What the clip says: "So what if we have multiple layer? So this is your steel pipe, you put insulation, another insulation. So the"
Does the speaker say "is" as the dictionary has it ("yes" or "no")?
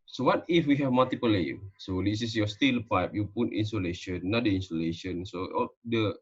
no